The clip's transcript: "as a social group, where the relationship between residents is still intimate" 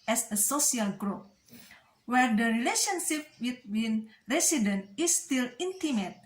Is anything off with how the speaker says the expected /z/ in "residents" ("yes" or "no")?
yes